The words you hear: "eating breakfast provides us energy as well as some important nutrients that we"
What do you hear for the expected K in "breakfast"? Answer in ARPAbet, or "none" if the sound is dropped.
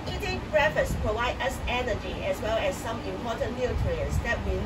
none